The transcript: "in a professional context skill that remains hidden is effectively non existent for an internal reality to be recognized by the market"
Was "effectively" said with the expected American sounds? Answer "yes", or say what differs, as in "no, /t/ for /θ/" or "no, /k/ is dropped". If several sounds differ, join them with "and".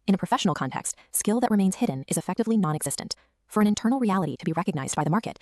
yes